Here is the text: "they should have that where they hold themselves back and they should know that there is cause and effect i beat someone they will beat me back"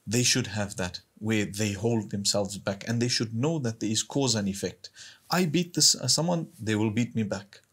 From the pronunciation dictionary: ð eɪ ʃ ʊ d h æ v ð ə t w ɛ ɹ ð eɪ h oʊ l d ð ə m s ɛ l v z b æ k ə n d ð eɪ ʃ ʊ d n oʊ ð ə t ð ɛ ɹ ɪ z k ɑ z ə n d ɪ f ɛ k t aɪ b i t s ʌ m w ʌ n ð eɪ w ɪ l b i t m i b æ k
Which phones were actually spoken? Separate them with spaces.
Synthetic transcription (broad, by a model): ð eɪ ʃ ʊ d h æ v ð ə t w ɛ ɹ ð eɪ h oʊ l d ð ə m s ɛ l v z b æ k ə n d ð eɪ ʃ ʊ d n oʊ ð ə t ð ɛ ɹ ɪ z k ɑ z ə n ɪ f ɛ k t aɪ b i t s ʌ m w ʌ n ð eɪ w ɪ l b i t m i b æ k